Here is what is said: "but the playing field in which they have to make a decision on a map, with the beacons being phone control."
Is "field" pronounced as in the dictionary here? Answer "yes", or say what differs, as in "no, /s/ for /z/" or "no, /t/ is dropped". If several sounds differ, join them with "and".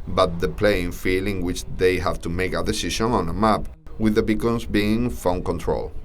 no, /d/ is dropped